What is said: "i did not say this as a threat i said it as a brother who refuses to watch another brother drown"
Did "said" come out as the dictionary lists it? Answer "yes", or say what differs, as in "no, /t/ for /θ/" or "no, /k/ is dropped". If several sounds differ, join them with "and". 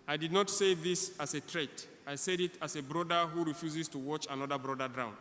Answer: yes